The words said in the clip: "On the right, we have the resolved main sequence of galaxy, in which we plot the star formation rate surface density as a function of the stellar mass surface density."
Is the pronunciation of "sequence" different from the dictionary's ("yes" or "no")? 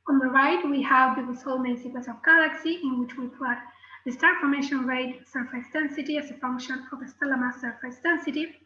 yes